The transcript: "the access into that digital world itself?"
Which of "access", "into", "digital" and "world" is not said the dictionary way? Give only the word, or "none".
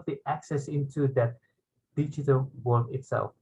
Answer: world